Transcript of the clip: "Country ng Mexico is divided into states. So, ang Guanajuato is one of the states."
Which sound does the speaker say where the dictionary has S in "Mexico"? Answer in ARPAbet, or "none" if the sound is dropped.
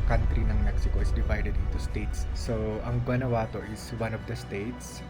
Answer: S